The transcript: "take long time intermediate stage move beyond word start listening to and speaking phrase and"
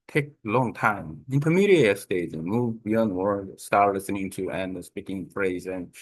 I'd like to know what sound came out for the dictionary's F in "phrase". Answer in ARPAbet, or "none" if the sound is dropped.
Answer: F